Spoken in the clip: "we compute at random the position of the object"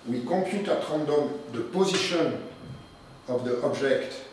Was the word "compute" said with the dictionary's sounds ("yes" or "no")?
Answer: no